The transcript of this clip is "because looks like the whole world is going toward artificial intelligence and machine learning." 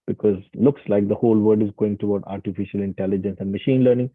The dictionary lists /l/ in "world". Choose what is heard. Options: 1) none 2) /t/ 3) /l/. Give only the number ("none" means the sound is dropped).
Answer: 1